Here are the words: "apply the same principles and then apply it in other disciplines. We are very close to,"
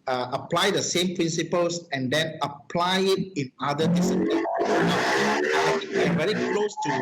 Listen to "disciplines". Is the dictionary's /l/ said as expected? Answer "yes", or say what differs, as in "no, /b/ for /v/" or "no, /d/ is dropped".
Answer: no, /n/ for /l/